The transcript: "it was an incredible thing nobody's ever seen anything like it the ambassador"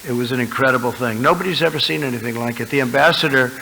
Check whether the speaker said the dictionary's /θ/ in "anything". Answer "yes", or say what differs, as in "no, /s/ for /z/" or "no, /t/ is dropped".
yes